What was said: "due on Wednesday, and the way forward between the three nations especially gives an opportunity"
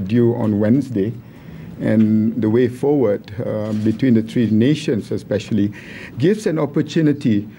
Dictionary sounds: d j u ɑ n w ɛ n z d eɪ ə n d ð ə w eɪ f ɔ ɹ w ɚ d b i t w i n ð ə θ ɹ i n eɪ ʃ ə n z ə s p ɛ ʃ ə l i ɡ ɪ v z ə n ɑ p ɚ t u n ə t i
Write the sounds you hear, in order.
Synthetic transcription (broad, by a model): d j u ɑ n w ɛ n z d eɪ ə n d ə w eɪ f ɔ w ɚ d b i t w i n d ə t ɹ i n eɪ ʃ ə n s ə s p ɛ ʃ ə l i ɡ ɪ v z ə n ɑ p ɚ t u n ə t i